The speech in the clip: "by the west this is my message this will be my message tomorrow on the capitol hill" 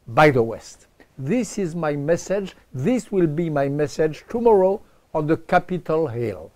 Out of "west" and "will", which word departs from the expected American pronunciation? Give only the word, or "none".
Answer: none